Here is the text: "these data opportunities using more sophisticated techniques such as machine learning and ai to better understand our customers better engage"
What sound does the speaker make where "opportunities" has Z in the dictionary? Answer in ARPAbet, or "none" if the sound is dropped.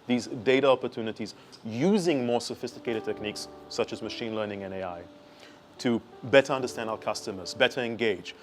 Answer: Z